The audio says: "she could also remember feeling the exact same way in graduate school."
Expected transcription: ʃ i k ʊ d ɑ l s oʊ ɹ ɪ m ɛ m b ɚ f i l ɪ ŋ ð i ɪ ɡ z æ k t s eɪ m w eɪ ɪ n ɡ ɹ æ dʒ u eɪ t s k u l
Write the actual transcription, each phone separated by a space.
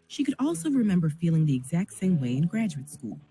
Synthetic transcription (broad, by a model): ʃ i k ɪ d ɑ l s oʊ ɹ ɪ m ɛ m b ɚ f i l ɪ ŋ ð i ɪ ɡ z æ k t s eɪ m w eɪ ɪ n ɡ ɹ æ dʒ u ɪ t s k u l